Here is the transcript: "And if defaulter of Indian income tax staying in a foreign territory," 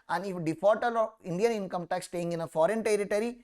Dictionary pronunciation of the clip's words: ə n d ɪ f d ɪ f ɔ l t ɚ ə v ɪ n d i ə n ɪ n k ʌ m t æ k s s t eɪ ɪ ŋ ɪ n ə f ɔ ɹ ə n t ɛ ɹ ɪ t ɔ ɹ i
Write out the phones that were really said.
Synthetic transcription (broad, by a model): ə n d ɪ f d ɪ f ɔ t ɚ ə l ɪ n d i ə n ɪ n k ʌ m t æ k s s t eɪ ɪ ŋ ɪ n ə f ɔ ɹ ə n t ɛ ɹ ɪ t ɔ ɹ i